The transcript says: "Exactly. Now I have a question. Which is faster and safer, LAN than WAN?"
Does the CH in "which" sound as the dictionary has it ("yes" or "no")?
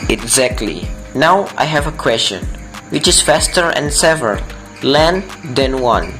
yes